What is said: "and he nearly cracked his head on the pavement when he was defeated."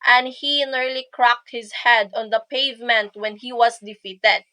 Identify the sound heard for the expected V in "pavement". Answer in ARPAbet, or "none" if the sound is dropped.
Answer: V